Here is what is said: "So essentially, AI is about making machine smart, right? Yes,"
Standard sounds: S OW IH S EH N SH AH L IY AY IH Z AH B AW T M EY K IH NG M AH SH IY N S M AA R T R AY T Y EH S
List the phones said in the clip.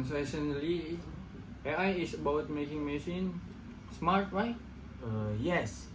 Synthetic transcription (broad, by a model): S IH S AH N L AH IY AY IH S AH B AW T M EY K IH NG M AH S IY N S M AA R T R AY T Y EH S